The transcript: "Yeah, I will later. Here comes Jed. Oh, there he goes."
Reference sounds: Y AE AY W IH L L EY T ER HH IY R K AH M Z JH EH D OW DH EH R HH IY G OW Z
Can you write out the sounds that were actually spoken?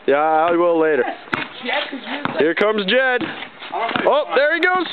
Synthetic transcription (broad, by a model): Y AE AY W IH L L EY T ER HH IY R K AH M Z JH EH D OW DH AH R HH IY G OW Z